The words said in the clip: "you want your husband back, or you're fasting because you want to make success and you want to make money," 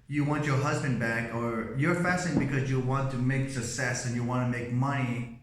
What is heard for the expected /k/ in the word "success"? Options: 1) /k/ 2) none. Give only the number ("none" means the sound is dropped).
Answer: 2